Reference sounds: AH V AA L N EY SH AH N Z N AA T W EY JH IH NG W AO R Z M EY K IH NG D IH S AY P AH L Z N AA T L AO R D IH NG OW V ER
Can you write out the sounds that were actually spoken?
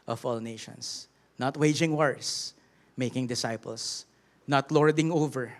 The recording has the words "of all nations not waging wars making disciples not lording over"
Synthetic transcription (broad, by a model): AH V AA L N EY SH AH N S N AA T W EY JH IH NG W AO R S M EY K IH NG D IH S AY P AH L S N AA T L AO R D IH NG OW V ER